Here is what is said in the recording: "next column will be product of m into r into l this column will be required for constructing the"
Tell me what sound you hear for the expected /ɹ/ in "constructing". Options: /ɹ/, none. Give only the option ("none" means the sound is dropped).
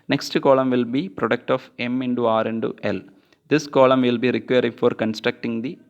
/ɹ/